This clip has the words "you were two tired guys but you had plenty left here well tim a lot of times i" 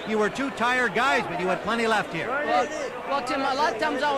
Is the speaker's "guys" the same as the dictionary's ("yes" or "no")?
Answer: yes